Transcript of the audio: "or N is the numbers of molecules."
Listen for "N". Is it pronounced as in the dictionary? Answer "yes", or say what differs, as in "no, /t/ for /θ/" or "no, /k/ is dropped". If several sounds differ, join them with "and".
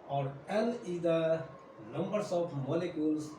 no, /l/ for /n/